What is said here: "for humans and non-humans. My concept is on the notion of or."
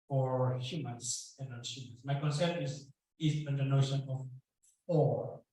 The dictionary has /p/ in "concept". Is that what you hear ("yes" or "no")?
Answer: no